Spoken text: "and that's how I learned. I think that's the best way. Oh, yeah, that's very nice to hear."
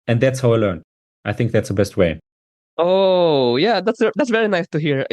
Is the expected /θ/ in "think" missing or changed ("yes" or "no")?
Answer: no